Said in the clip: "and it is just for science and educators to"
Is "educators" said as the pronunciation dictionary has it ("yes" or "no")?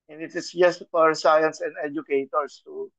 no